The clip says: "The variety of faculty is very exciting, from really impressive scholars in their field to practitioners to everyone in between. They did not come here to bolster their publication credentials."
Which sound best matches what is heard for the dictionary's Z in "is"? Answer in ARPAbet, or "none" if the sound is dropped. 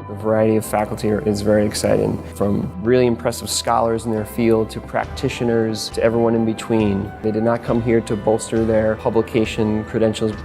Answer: Z